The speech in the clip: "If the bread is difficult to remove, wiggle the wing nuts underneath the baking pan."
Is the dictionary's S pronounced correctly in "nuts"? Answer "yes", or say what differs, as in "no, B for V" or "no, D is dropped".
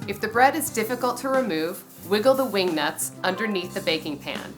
yes